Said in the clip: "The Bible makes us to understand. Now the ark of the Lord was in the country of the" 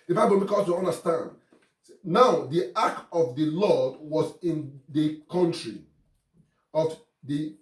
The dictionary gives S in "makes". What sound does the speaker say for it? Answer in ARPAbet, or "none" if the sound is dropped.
none